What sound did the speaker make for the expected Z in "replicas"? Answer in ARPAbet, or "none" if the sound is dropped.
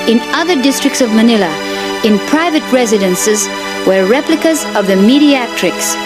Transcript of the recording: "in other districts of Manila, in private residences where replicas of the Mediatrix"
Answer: Z